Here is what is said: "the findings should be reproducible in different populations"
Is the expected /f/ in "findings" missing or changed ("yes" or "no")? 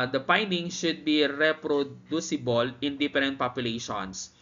yes